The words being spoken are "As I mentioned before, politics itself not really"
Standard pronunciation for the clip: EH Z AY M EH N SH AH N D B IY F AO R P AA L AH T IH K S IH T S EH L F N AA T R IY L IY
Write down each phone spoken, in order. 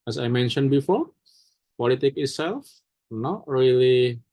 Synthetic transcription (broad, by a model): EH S AY M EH N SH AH N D B IY F AO R P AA L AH T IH K IH T S EH L F N AA T R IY L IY